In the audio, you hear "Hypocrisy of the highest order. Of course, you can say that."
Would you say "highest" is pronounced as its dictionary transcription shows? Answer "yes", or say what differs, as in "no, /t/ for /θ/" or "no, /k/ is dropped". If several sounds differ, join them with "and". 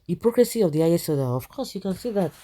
no, /t/ is dropped